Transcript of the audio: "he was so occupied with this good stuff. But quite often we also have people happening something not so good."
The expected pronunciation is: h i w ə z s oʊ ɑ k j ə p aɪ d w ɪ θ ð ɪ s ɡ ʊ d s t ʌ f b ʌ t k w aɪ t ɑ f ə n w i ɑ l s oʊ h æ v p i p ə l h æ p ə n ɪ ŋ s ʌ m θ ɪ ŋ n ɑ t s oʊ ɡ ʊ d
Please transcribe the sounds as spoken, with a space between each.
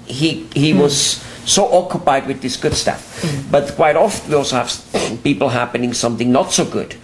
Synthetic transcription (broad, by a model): h i w ə z s oʊ ɑ k j ə p aɪ d w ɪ ð ɪ s ɡ ʊ d s t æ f b ʌ t k w aɪ t ɑ f ə n w i ɑ l s oʊ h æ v p i p l h æ p ə n ɪ ŋ s ʌ m θ ɪ ŋ n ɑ t s oʊ ɡ ʊ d